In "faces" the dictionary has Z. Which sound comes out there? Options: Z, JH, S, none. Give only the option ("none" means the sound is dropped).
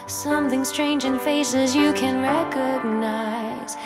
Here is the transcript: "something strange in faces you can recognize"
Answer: Z